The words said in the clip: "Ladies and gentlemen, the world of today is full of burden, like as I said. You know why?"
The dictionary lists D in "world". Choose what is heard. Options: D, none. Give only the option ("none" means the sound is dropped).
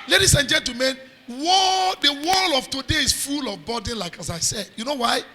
none